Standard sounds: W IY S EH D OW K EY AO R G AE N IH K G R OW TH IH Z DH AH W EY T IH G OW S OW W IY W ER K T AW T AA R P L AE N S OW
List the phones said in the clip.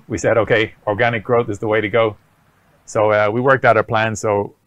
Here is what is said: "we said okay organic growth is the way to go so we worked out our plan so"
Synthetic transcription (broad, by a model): W IY S EH D OW K EY AO R G AE N IH K G R OW TH IH Z DH AH W EY T IH G OW S OW W IY W ER K T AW T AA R P L AE N S OW